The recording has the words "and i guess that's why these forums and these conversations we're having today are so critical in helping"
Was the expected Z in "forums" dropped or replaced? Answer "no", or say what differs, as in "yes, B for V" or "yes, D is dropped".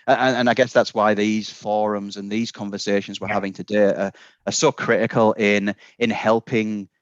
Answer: no